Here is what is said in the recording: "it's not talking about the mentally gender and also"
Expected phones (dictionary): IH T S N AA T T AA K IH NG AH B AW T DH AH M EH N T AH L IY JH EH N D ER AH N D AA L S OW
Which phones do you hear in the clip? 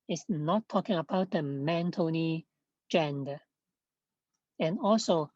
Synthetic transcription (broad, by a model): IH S N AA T T AA K IH NG AH B AW T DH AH M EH N T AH N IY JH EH N D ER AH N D AA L S OW